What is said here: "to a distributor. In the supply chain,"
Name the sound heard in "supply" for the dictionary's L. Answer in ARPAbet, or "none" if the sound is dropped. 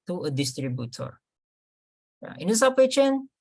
none